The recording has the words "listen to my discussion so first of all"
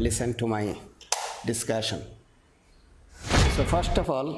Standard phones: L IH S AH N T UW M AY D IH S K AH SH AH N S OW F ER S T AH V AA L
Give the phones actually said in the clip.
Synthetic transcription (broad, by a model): L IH S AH N T UW M AY D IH S K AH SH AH N S OW F ER S T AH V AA L